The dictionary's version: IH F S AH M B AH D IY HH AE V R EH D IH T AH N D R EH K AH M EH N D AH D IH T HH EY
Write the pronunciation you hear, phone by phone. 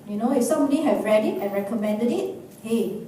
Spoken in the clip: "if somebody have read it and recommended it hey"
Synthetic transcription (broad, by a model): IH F S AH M AH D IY HH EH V R EH D IH T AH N R EH K AH M EH N D AH D IH T HH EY